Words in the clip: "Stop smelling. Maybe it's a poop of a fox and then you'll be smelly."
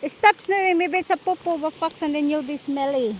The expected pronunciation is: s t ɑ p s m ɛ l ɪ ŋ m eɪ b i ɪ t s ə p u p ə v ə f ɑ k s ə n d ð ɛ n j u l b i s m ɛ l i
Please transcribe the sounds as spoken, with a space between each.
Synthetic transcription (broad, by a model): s t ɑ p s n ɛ w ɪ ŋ m eɪ b i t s ə p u p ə b ə f ɑ k s ə n d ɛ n j u l b i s m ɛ l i